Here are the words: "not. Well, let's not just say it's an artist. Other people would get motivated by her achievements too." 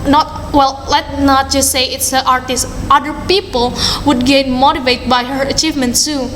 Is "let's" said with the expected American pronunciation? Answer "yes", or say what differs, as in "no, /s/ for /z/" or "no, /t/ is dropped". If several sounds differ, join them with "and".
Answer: no, /s/ is dropped